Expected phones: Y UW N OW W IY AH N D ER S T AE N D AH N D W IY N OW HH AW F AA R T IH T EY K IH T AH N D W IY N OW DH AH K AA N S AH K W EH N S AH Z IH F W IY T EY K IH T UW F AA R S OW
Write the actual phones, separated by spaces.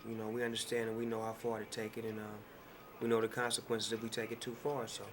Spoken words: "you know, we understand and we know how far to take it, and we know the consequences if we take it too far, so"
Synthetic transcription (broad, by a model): Y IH N OW W IY AH N D ER S T AE N D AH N W IY N OW HH AW F AA R T IH T EY K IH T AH N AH W IY N OW DH AH K AA N S AH K W EH N S AH Z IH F W IY T EY K IH T UW F AA R S OW